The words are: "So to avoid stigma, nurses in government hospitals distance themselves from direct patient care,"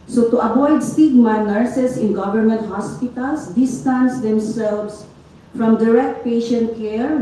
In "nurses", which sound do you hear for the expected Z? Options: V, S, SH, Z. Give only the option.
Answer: S